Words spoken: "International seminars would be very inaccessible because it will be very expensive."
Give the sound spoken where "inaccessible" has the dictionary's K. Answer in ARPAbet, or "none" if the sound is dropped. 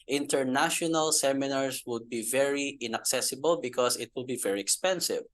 K